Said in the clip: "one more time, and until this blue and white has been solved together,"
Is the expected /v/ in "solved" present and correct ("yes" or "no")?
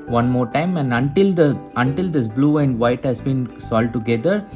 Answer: no